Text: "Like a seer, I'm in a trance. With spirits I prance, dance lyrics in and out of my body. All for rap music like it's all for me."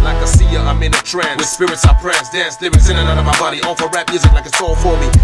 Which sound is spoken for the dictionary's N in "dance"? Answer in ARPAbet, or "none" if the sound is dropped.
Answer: none